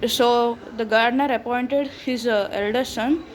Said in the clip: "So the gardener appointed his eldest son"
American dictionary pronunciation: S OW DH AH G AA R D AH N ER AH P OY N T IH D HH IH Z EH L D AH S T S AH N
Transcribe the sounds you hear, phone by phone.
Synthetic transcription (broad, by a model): S OW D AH G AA R D N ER AH P OY N T IH D HH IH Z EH L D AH T S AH N